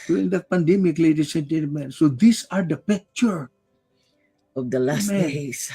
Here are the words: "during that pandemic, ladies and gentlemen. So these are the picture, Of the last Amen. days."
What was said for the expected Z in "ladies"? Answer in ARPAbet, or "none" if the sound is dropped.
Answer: S